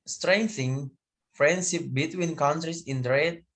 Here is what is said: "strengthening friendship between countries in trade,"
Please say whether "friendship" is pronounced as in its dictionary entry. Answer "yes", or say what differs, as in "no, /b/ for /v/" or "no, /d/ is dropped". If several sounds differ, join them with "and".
yes